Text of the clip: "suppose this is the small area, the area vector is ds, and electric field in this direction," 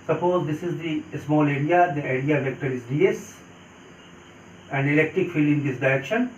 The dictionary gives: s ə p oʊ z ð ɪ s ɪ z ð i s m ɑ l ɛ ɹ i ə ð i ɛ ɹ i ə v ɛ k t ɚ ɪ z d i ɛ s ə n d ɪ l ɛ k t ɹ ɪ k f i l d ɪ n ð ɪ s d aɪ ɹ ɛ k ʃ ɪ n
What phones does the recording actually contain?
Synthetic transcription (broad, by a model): s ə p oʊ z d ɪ s ɪ z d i s m ɑ l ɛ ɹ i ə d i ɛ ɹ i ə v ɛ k t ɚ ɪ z d i ɛ s ə n d ɪ l ɛ k t ɹ ɪ k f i l ɪ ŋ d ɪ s d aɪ ɹ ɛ k ʃ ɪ n